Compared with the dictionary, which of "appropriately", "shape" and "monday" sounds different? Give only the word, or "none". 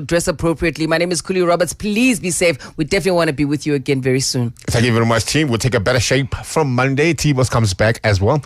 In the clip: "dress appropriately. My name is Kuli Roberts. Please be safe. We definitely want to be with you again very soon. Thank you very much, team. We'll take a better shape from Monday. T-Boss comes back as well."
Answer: none